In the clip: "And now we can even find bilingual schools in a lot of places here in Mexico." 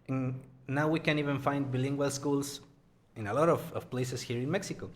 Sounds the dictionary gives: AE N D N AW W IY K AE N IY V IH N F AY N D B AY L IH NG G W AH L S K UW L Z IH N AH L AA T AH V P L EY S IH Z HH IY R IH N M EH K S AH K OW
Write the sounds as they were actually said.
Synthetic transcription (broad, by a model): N N AW W IY K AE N IY V IH N F AY N D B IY L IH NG G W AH L S K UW L S IH N AH L AA T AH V P L EY S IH S HH IY R IH N M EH K S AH K OW